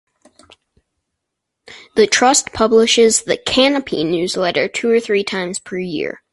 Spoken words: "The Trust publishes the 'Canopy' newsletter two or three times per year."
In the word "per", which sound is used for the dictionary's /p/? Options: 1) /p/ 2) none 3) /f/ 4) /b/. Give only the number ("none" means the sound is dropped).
1